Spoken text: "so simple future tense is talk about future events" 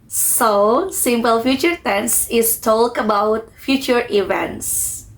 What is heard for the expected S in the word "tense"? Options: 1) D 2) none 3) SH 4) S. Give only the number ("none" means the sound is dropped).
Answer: 4